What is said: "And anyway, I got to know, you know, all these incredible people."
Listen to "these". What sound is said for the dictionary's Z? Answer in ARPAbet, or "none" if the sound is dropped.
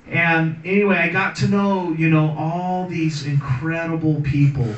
Z